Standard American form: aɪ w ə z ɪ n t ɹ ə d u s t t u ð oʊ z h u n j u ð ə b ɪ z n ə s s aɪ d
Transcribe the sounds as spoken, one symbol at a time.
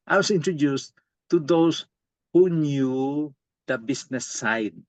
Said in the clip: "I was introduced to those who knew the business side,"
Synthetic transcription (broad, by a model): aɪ w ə s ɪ n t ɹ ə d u s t t u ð oʊ s h u n j u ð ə b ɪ s n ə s s aɪ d